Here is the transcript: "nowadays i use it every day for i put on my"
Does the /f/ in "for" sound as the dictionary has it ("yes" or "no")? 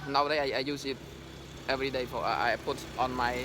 no